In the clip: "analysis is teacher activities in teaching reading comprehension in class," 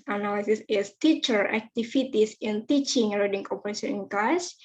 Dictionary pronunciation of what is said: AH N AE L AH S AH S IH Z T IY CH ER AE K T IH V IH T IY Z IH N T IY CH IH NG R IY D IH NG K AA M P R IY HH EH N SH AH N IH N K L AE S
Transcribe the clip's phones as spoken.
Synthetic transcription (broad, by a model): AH N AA L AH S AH S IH S T IY CH ER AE K T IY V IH T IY S IH N T IY CH IH NG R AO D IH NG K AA P IY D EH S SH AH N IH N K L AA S